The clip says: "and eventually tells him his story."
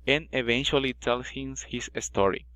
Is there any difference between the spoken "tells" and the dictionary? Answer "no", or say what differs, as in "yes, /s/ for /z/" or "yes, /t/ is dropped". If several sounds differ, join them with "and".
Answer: yes, /s/ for /z/